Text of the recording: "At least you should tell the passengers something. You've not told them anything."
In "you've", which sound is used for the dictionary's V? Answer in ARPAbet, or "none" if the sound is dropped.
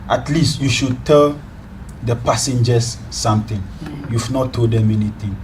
F